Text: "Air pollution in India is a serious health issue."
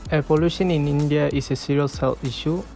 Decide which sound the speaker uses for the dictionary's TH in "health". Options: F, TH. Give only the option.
F